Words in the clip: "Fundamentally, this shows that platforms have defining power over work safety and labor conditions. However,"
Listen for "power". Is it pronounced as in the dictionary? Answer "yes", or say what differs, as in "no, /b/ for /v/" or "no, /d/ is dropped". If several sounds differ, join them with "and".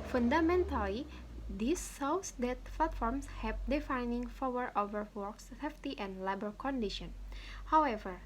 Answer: no, /f/ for /p/